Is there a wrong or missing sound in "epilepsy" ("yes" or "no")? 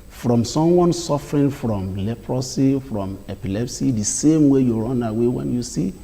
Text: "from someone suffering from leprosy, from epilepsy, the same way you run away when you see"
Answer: no